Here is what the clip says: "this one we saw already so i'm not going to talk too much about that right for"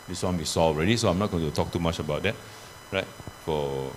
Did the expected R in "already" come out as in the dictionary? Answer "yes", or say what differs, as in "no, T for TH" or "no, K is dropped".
yes